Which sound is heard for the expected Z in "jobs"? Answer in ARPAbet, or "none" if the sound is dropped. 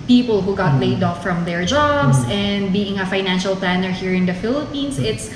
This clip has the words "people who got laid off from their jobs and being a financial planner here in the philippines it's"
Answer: S